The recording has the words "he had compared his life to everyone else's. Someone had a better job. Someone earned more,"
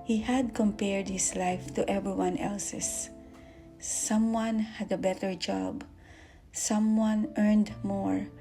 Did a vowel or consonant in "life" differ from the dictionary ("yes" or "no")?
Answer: no